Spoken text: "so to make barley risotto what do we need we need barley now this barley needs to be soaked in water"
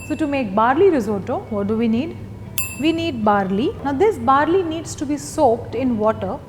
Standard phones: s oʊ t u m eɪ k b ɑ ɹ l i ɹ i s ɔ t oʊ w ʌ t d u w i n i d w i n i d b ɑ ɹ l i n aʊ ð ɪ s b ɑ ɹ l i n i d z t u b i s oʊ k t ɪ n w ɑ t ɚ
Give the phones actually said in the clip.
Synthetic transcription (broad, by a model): s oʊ t u m eɪ k b ɑ ɹ l i ɹ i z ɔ t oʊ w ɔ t d u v i n i d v i n i d b ɑ ɹ l i n aʊ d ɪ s b ɑ ɹ l i n i d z t u b i s oʊ k t ɪ n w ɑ t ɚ